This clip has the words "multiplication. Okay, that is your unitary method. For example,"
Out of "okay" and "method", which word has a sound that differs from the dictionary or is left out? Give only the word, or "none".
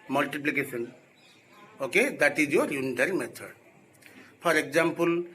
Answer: method